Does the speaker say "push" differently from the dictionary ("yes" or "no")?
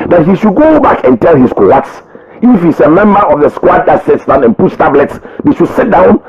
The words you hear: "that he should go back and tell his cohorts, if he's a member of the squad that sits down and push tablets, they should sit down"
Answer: yes